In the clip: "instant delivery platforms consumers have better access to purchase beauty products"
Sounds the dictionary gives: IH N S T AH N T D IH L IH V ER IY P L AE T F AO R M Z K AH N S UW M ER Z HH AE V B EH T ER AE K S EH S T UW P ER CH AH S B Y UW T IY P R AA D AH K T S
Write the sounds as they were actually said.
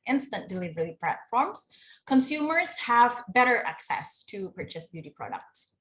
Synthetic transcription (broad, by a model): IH N S T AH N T D IH L IH V ER IY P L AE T F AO R M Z K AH N S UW M ER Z HH AE V B EH T ER AE K S EH S T UW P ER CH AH S B Y UW T IY P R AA D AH K T S